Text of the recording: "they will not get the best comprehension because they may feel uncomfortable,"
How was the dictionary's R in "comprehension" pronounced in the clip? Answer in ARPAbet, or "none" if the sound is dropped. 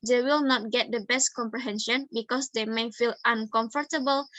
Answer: R